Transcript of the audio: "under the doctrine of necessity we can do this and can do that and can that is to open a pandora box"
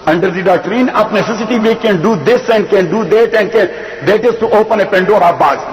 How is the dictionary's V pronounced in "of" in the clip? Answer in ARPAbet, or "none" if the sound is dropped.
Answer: P